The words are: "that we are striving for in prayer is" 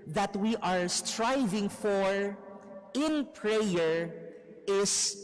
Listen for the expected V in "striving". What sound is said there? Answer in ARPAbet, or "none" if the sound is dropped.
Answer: V